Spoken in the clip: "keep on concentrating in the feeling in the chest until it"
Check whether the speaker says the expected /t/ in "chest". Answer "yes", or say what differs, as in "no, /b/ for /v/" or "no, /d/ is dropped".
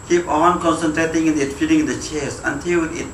no, /t/ is dropped